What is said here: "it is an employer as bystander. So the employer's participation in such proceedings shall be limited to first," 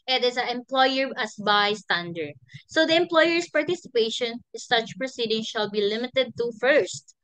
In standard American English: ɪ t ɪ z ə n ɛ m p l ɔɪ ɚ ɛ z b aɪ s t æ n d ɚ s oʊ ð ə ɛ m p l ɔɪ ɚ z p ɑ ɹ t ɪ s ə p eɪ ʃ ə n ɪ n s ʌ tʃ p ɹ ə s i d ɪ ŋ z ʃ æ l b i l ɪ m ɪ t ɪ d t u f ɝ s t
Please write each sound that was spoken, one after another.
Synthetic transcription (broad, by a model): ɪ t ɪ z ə ɛ m p l ɔɪ ɚ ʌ s b aɪ s t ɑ n d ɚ s oʊ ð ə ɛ m p l ɔɪ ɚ s p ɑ ɹ t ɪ s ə p eɪ ə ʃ ɪ n s ʌ tʃ p ɹ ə s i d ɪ ŋ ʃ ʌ l b i l ɪ m ɪ t ɪ d t u f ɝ s t